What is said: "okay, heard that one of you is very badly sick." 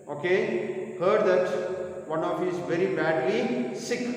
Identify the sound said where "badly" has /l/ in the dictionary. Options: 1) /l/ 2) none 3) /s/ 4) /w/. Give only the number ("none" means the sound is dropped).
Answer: 2